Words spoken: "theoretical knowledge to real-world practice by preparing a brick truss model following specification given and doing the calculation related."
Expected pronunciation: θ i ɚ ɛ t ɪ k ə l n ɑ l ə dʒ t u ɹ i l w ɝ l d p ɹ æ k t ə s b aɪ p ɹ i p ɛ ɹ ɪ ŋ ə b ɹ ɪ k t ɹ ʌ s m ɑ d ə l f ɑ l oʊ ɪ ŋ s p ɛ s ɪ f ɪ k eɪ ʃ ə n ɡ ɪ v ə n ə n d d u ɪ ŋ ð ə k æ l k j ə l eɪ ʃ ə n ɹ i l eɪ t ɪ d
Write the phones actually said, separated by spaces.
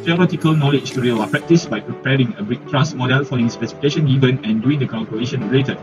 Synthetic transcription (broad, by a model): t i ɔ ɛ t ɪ k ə l n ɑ l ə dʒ t u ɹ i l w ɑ p ɹ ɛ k t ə s b aɪ p ɹ i p ɛ ɹ ɪ ŋ ə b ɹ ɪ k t ɹ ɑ s m ɑ d ə l f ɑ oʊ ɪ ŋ s p ɛ s ɪ f ɪ k eɪ ʃ ə n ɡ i v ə n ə n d d u ɪ ŋ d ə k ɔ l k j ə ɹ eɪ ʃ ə n ɹ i l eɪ t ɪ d